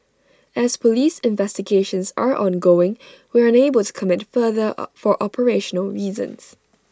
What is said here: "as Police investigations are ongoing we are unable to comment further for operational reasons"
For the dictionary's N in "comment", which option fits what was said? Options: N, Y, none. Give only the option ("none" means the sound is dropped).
none